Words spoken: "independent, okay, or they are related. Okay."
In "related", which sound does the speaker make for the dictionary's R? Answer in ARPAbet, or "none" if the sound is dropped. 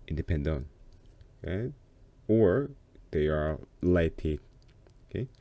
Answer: L